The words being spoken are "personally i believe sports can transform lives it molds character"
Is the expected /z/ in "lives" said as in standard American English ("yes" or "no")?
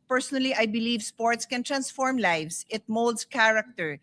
no